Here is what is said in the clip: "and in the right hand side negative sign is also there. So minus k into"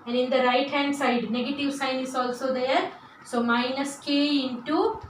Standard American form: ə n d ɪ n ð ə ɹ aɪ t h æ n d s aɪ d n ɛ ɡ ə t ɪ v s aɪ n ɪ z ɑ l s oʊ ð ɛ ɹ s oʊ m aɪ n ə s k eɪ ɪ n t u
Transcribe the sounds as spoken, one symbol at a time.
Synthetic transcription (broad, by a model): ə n d ɪ n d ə ɹ aɪ t h æ n d s aɪ d n ɛ ɡ ə t ɪ v s aɪ n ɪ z ɑ l s oʊ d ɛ ɹ s oʊ m aɪ n ə s k eɪ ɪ n t u